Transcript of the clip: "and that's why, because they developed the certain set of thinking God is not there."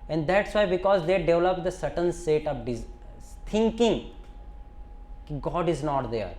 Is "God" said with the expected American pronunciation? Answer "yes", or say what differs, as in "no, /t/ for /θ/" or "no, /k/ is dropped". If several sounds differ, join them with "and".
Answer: yes